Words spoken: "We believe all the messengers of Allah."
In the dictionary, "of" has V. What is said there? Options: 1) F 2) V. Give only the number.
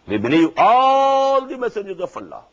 1